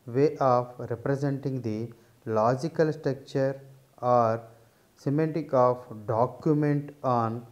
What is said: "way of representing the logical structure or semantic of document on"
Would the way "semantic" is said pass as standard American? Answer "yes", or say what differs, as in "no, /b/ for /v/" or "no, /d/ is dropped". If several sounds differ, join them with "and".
no, /n/ is dropped